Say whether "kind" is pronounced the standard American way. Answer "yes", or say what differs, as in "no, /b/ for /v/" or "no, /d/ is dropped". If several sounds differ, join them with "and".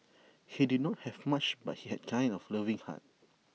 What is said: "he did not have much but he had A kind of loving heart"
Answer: no, /d/ is dropped